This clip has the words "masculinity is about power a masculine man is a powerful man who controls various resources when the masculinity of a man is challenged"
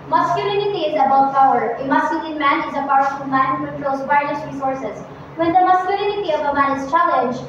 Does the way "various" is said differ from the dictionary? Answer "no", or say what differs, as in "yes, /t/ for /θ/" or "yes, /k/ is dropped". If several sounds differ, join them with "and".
yes, /ɹ/ is dropped